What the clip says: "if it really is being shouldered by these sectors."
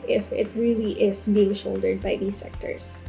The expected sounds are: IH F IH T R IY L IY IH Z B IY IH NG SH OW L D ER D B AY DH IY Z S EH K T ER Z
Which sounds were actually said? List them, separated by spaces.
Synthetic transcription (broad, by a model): IH F IH T R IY L IY IH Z B IY IH NG SH OW L D ER D B AY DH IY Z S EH K T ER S